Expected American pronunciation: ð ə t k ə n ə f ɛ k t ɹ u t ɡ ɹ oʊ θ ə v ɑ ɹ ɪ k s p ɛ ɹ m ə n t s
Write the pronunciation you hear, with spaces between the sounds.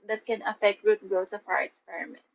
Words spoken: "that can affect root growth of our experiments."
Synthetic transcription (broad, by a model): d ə t k ə n ə f ɛ k t ɹ u t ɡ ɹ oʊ s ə f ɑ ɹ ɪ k s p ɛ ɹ m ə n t